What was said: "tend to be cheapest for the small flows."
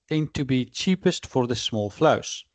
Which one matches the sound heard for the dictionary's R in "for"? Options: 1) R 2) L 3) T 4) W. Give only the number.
1